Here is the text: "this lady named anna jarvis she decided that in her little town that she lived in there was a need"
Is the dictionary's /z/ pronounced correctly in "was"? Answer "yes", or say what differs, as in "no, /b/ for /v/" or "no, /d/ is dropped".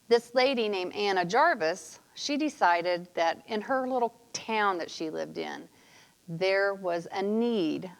yes